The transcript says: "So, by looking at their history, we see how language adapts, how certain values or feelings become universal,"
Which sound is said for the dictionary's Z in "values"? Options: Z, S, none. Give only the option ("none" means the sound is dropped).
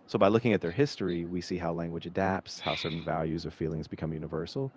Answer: Z